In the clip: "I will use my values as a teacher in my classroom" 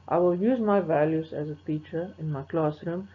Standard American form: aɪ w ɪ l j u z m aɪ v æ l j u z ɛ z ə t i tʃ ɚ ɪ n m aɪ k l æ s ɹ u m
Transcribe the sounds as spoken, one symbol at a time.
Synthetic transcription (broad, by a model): aɪ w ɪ l j u z m aɪ v æ l j u z ɛ z ə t i tʃ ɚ ɪ n m aɪ k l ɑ s ɹ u m